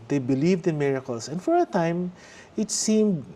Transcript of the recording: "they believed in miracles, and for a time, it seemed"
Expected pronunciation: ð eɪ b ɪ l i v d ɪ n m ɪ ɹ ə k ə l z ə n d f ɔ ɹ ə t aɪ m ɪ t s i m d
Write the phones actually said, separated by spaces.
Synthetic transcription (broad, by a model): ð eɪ b ɪ l i v d ɪ n m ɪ ɹ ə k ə l s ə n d f ɔ ɹ ə t aɪ m ɪ t s i m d